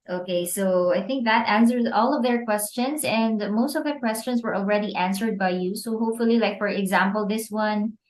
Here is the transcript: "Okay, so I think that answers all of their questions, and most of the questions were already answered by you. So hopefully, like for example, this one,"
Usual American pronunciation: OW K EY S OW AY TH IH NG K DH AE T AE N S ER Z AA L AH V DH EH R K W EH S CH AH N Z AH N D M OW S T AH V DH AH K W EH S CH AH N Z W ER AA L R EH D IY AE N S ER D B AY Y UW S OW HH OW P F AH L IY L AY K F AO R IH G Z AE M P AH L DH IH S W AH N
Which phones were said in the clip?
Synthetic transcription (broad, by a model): OW K EY S OW AY TH IH NG K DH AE T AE N S ER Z AA L AH V DH EH R K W EH S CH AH N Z AH N D M OW S T AH V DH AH K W EH S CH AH N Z W ER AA L R EH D IY AE N S ER D B AY Y UW S OW HH OW P F AH L IY L AY K F AO R IH G Z AE M P AH L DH IH S W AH N